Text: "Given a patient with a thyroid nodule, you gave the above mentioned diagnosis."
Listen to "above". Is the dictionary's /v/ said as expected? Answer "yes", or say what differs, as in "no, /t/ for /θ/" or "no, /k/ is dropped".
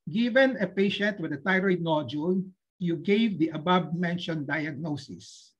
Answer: no, /b/ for /v/